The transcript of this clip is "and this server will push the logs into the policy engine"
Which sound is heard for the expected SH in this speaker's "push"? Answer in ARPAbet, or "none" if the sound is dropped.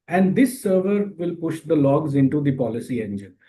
SH